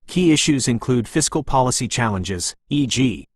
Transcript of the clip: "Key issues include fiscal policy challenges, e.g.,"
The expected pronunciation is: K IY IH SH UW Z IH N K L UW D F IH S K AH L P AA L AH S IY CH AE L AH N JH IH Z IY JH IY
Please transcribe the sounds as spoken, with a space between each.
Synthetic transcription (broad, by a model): K IY IH SH UW Z IH N K L UW D F IH S K AH L P AA L AH S IY CH AE L AH N JH IH Z IY JH IY